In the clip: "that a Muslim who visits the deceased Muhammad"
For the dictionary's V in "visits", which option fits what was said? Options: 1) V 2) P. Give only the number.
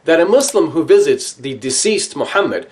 1